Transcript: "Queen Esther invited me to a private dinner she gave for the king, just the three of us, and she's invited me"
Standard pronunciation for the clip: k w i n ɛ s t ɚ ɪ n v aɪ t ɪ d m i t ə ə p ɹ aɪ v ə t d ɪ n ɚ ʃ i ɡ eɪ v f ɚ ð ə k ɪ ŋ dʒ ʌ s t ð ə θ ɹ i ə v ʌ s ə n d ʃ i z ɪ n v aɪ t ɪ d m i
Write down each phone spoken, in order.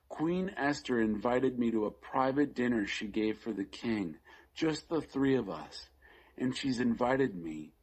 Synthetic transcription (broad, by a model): k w i n ɛ s t ɚ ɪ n v aɪ t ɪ d m i t ə ə p ɹ aɪ v ə t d ɪ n ɚ ʃ i ɡ eɪ v f ɚ ð ə k ɪ ŋ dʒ ʌ s t ð ə θ ɹ i ə v ʌ s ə n ʃ i z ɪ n v aɪ t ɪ d m i